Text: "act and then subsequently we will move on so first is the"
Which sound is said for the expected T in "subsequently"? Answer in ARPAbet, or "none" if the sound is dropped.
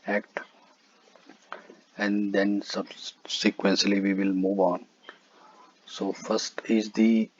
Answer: S